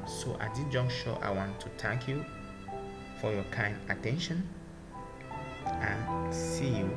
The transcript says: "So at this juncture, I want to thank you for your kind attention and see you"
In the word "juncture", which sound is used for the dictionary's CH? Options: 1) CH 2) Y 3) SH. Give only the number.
3